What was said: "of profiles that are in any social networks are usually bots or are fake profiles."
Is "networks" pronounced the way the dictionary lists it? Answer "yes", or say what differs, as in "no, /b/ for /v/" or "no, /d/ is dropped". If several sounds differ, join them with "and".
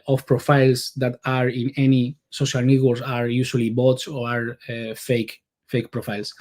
no, /k/ is dropped